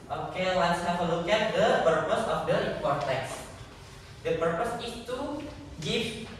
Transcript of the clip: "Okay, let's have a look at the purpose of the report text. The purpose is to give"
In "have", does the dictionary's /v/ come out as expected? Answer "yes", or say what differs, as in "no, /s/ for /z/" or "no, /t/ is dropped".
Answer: no, /f/ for /v/